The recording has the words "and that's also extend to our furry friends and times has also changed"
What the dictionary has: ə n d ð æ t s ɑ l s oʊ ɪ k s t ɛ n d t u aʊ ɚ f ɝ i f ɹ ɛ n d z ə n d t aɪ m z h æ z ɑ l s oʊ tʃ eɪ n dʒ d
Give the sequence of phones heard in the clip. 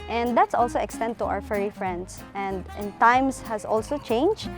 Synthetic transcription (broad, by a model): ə n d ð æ t s ɑ l s oʊ ɪ k s t ɛ n d t u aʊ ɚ f ɝ i f ɹ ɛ n d s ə n d t aɪ m s h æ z ɑ l s oʊ tʃ eɪ n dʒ